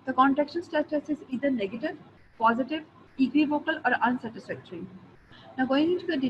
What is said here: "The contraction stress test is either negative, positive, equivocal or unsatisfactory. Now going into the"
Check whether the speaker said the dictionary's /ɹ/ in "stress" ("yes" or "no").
no